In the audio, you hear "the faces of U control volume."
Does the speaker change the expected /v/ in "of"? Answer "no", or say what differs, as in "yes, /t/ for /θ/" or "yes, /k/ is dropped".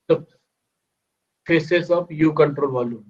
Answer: yes, /b/ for /v/